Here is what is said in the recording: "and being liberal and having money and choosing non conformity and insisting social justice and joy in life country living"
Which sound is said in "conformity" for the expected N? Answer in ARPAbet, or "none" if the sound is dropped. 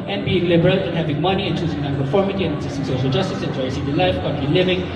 none